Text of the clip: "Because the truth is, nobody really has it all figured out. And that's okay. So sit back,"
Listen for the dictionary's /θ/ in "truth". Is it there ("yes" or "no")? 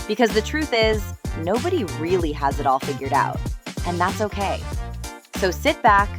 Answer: yes